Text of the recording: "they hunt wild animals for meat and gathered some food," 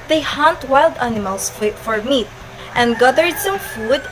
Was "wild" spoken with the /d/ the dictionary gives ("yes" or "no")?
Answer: yes